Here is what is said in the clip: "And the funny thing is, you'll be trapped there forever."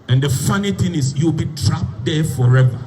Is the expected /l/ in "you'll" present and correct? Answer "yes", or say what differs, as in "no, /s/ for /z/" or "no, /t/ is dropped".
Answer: no, /w/ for /l/